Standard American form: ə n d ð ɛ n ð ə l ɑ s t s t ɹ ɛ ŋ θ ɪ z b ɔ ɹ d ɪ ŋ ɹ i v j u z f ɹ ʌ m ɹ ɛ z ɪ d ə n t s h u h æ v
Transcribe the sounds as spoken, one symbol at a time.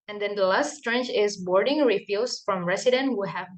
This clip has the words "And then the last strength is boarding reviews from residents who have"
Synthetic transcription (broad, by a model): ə n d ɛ n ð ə l ɑ s t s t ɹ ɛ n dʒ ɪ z b ɔ ɹ d ɪ ŋ ɹ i f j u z f ɹ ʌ m ɹ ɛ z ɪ d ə n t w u h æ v